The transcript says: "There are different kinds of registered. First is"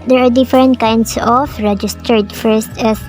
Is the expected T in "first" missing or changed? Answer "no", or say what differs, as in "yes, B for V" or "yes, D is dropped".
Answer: no